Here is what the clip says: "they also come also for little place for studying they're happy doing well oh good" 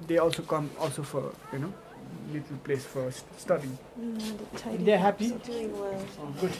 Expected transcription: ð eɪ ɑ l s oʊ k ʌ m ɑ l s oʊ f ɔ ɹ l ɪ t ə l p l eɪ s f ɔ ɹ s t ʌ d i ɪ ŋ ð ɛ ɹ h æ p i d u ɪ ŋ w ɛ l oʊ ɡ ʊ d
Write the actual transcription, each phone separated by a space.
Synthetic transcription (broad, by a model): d eɪ ɑ l s oʊ k ʌ m ɑ l s oʊ f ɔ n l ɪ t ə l p l eɪ s f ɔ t s t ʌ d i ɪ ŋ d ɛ h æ p i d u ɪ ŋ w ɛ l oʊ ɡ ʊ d